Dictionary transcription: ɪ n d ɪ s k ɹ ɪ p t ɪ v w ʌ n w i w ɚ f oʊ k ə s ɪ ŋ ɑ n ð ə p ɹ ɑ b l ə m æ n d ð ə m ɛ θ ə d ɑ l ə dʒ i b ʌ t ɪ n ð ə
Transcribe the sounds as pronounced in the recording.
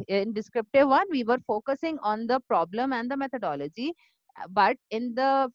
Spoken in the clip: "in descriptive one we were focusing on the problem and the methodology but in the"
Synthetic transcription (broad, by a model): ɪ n d ɪ s k ɹ ɪ p t ɪ v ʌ n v i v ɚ f oʊ k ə s ɪ ŋ ɑ n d ə p ɹ ɑ b l ə m æ n d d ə m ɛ t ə d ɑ l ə dʒ i b ʌ t ɪ n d ə